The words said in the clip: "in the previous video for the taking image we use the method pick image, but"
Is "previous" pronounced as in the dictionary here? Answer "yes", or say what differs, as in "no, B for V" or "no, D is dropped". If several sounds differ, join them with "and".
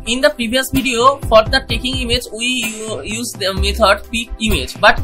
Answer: no, B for V